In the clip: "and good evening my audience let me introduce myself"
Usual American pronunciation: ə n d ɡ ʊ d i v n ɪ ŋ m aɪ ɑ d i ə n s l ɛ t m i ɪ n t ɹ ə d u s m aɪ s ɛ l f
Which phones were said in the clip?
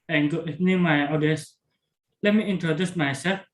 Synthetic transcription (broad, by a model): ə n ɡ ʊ i n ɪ m aɪ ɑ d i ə s l ɛ t m i ɪ n t ɹ ə d u s m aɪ s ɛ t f